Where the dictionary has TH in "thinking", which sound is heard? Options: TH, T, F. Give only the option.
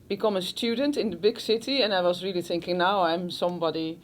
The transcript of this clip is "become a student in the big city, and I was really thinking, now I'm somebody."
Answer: TH